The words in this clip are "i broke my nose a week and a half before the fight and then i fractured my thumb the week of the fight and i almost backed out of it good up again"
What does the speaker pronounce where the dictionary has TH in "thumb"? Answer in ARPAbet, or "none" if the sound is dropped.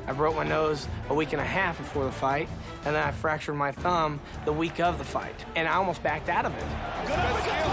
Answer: TH